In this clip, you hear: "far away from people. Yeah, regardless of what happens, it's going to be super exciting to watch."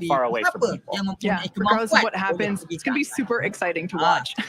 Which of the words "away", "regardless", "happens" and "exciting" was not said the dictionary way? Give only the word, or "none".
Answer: regardless